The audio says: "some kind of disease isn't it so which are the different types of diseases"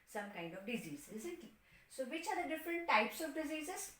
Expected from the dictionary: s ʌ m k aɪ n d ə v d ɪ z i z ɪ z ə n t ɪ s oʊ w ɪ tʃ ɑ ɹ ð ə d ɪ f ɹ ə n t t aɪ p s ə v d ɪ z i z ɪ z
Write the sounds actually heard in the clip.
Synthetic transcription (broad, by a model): s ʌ m k aɪ n d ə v d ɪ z i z ɪ z ə n t ɪ s oʊ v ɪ tʃ ɑ ɹ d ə d ɪ f ɹ ə n t t aɪ p s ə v d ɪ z i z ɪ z